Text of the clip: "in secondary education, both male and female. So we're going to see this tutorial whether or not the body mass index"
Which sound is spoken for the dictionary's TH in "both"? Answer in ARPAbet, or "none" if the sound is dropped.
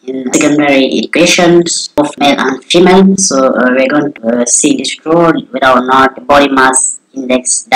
F